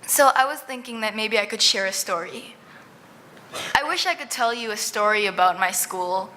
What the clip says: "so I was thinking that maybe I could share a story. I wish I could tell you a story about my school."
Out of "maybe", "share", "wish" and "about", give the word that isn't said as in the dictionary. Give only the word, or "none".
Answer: none